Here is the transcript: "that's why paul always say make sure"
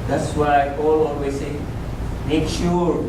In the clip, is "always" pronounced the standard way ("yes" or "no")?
no